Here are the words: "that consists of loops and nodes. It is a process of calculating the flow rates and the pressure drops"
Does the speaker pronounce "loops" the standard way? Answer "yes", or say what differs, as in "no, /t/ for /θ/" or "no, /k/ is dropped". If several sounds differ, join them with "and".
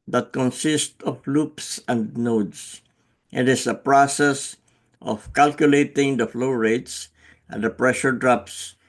yes